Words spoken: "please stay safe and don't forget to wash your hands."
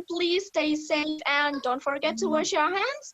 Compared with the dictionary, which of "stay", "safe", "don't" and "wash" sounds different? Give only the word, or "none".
none